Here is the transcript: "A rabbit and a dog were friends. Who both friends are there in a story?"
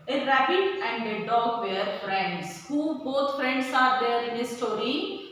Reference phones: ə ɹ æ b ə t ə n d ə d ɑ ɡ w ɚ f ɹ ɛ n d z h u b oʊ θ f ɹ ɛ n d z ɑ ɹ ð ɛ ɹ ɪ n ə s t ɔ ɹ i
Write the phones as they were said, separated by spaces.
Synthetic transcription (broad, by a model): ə ɹ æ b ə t ə n d ə d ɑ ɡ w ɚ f ɹ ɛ n d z h u b oʊ t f ɹ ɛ n d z ɑ ɹ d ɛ ɹ ɪ n ə s t ɔ ɹ i